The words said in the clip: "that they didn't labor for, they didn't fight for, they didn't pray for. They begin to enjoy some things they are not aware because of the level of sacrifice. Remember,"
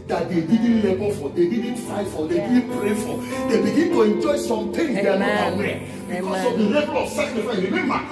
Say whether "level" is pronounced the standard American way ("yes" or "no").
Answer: no